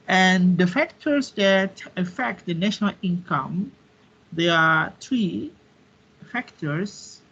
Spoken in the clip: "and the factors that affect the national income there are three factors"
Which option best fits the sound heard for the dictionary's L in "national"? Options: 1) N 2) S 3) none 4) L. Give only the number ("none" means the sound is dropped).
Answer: 4